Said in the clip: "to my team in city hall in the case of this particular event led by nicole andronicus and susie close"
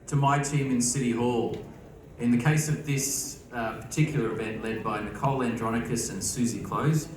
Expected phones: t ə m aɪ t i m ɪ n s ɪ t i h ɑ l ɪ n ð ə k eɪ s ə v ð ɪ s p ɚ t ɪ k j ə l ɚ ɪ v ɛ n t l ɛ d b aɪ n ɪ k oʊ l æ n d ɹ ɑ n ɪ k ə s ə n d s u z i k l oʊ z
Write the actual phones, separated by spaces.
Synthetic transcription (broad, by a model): t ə m aɪ t i m ɪ n s ɪ t i h ɑ l ɪ n ð ə k eɪ s ə v ð ɪ s p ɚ t ɪ k j l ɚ ɪ v ɛ n t l ɛ d b aɪ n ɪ k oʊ l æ n d ɹ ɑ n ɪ k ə s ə n s u z i k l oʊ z